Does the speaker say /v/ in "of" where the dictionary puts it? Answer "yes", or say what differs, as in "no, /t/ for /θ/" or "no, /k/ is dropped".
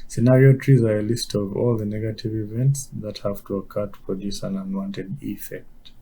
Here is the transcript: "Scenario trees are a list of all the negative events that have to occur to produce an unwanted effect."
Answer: yes